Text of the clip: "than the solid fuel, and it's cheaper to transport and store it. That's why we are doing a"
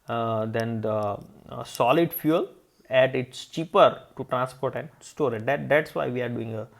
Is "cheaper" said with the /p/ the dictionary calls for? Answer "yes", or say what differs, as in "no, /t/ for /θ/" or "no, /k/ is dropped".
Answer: yes